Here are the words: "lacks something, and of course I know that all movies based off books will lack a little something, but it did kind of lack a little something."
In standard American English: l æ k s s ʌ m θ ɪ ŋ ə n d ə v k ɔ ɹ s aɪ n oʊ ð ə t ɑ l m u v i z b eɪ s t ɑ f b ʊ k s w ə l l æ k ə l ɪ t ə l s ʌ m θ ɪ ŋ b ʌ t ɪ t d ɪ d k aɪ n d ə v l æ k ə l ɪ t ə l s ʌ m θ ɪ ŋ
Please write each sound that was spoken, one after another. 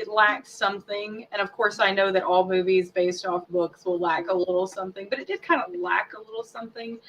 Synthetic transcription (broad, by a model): l æ k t s ʌ m θ ɪ ŋ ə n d ə v k ɔ ɹ s aɪ n oʊ ð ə t ɑ l m u v i z b eɪ s t ɑ f b ʊ k s w ə l l æ k ə l ɪ t l s ʌ m θ ɪ ŋ b ʌ t ɪ t d ɪ d k aɪ n d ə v l æ k ə l ɪ t l s ʌ m θ ɪ ŋ